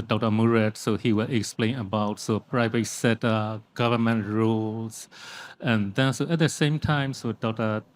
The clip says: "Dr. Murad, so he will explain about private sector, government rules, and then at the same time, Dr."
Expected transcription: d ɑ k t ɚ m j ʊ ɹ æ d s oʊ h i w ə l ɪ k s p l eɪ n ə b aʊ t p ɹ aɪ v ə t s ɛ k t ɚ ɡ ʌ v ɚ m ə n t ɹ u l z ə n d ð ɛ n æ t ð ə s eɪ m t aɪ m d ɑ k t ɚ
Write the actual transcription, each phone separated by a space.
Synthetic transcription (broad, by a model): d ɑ k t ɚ m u ɹ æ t s oʊ h i w ə l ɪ k s p l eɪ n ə b aʊ t p ɹ aɪ v ə t s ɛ t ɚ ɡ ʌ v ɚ m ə n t ɹ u l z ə n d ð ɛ n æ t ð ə s eɪ m t aɪ m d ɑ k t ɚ